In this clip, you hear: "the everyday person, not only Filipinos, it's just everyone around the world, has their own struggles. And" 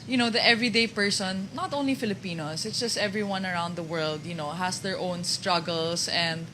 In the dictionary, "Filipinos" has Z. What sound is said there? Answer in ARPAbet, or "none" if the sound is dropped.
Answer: S